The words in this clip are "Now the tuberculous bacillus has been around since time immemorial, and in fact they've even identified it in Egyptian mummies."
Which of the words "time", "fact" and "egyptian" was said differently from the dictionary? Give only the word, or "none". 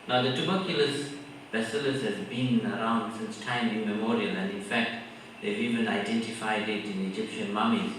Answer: none